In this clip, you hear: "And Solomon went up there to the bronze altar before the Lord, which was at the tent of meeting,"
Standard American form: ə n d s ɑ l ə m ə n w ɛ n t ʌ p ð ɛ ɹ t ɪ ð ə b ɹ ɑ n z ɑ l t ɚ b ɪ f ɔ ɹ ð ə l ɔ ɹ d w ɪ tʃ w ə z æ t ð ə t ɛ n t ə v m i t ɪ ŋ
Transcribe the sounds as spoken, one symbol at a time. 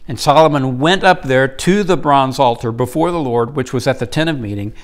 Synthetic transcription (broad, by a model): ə n s ɑ l ə m ə n w ɛ n t ʌ p ð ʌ ɹ t ɪ ð ə b ɹ ɑ n z ɑ l t ɚ b ɪ f ɔ ɹ ð ə l ɔ ɹ d w ɪ tʃ w ə z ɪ t ð ə t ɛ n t ə v m i t ɪ ŋ